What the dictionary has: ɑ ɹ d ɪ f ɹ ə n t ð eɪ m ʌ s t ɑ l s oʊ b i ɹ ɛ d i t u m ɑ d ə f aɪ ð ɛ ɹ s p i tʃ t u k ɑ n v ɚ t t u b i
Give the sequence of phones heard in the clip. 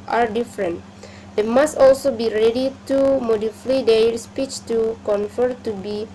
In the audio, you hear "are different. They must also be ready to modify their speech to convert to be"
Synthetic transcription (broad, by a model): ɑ ɹ d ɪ f ɹ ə n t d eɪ m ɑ s t ɑ l s oʊ b i ɹ ɛ d i t u m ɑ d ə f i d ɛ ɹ s p i tʃ t u k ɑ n f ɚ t t u b i